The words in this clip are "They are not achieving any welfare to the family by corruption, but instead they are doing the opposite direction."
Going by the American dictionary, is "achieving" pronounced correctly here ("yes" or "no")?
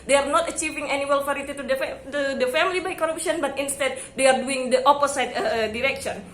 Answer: yes